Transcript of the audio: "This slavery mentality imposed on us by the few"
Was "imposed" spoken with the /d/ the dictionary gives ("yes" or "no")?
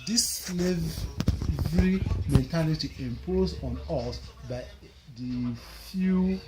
no